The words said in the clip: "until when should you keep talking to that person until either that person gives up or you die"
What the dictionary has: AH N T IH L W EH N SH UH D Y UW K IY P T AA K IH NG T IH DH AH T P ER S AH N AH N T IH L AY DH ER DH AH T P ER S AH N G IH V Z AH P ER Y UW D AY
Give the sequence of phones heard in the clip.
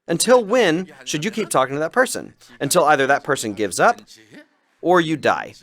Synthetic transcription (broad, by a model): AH N T IH L W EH N SH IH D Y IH K IY P T AA K IH NG T IH DH AH T P ER S AH N AH N T IH L AY DH ER DH AH T P ER S AH N G IH V Z AH P ER Y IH D AY